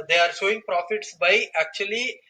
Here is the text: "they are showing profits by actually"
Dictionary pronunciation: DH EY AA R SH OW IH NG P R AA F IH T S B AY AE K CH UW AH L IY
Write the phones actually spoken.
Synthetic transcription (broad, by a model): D EY AA R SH OW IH NG P R AA F IH T S B AY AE K CH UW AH L IY